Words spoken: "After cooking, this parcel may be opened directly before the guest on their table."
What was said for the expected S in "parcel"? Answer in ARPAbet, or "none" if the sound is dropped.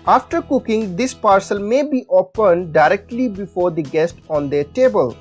S